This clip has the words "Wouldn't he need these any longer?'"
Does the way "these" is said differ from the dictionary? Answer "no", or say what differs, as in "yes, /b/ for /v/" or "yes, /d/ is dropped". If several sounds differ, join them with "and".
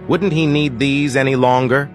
no